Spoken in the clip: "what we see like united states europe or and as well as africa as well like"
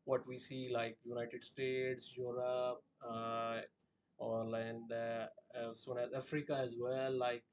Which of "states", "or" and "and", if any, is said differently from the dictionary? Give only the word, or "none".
or